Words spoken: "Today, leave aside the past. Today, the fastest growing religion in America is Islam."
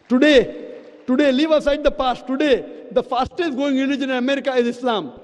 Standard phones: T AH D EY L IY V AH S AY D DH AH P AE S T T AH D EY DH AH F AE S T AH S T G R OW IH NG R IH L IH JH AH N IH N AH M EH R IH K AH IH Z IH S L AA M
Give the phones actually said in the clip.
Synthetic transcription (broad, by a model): T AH D EY L IY V AH S AY D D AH P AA S T T AH D EY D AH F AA S T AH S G OW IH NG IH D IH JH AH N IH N AH M EH R IH K AH IH Z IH S L AA M